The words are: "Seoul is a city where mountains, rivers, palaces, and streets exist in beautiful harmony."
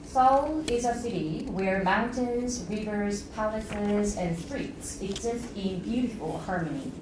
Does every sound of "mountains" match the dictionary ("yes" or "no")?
yes